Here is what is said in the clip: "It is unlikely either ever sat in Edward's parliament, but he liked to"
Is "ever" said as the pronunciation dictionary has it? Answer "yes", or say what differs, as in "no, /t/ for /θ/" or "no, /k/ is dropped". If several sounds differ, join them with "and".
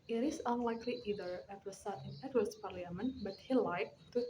no, /w/ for /v/